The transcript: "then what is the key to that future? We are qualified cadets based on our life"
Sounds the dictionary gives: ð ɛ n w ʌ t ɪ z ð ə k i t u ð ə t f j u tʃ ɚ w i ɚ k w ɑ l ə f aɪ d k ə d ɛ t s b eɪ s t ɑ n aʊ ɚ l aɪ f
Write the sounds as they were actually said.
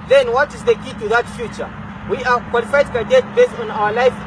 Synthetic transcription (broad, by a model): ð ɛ n w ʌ t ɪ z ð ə k i t u ð ə t f j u tʃ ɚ w i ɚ k w ɑ l ə f aɪ d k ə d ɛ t b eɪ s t ɑ n aʊ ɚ l aɪ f